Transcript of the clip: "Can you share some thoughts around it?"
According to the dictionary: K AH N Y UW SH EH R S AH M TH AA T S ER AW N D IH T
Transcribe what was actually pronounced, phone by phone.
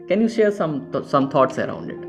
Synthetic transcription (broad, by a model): K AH N Y UW SH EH R S AH M T AA T S ER AW N D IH T